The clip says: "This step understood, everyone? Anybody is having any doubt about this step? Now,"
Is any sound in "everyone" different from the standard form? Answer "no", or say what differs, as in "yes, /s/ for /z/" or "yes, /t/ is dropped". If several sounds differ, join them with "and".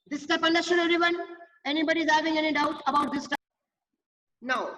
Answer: yes, /v/ is dropped